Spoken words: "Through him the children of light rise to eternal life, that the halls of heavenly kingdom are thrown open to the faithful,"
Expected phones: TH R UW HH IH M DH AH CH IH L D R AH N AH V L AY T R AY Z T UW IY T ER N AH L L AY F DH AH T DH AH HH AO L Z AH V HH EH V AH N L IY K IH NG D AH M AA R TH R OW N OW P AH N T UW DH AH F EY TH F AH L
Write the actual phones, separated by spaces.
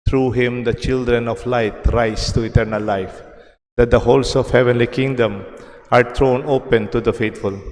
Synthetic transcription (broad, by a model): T R UW HH IH M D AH CH IH L D R AH N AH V L AY T R AY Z T UW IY T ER N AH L L AY F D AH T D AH HH AO L S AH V HH EH V AH N L IY K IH NG D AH M AA R T R OW N OW P AH N T UW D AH F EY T F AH L